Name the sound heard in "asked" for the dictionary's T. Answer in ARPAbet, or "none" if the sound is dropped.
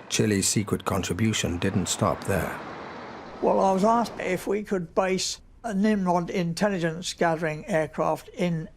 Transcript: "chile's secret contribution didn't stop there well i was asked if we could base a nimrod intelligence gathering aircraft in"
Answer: none